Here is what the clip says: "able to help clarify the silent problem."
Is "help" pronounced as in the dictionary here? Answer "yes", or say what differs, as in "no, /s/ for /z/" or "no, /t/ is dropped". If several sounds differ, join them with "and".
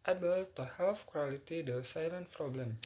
no, /f/ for /p/